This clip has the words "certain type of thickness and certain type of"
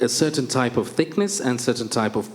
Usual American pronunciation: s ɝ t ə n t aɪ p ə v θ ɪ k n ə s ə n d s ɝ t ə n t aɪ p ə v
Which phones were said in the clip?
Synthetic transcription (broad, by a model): s ɝ t n t aɪ p ə v θ ɪ k n ə s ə n s ɝ t n t aɪ p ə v